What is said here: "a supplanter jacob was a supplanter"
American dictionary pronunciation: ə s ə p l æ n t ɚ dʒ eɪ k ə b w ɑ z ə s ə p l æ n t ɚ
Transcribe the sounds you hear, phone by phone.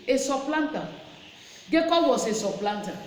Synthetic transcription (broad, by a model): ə s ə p l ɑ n t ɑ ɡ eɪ k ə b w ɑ s ə s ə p l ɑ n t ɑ